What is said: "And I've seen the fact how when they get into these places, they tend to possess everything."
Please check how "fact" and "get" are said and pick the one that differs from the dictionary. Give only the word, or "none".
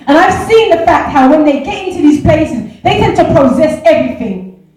none